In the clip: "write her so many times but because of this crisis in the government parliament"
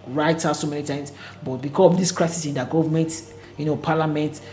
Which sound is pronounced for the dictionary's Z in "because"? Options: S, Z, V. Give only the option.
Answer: S